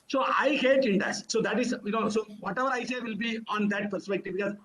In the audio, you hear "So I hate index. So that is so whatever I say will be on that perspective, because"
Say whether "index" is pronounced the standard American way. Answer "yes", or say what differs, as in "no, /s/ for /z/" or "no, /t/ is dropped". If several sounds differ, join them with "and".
no, /k/ is dropped